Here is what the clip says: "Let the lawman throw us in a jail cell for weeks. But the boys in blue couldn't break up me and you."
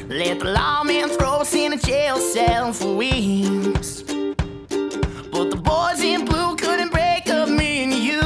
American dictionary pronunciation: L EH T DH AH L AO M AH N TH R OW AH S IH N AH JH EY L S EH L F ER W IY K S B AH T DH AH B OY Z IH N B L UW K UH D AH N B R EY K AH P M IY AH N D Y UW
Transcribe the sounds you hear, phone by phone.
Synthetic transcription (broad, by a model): L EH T DH AH L AO M AH N TH R OW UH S IH N AH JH EY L S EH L F ER W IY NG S B AH T DH AH B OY Z IH N B L UW K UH D N B R EY K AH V M IY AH N Y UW